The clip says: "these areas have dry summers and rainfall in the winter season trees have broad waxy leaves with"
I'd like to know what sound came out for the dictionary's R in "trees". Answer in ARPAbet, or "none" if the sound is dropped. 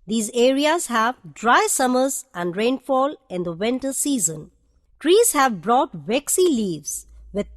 R